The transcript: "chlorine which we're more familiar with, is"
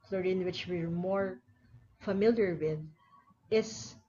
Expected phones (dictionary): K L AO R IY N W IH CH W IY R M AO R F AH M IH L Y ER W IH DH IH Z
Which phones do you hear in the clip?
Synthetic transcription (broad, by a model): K L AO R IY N W IH CH W IY R M AO R F AH M IH L Y ER W IH DH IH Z